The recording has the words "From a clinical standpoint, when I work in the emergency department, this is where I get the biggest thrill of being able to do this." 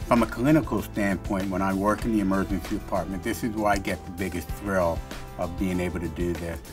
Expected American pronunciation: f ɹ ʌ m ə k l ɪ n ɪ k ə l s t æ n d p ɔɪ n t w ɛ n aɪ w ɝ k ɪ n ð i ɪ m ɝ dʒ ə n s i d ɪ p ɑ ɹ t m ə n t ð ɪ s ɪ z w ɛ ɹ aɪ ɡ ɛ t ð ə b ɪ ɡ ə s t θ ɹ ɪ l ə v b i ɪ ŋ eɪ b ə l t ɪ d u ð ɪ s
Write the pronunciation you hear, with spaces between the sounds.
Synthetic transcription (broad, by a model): f ɹ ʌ m ə k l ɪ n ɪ k l s t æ n p ɔɪ n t w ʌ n aɪ w ɝ k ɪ n ð i ɪ m ɝ dʒ ə n s i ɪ p ɑ ɹ t m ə n ð ɪ s ɪ z w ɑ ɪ aɪ ɡ ɛ t ð ə b ɪ ɡ ə s t θ ɹ ɪ l ə v b i ɪ ŋ eɪ b l t ɪ d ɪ ð ɪ s